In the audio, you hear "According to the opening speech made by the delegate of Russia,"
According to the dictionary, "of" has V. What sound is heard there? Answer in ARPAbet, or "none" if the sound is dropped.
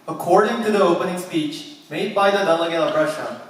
P